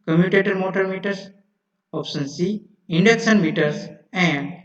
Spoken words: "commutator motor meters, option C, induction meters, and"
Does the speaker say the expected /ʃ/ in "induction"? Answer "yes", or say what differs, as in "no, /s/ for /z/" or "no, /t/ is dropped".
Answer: no, /s/ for /ʃ/